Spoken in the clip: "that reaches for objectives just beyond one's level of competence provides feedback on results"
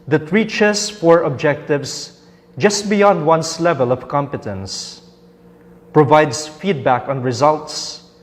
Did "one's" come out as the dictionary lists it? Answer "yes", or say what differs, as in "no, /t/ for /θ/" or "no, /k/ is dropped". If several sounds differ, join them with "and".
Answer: no, /s/ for /z/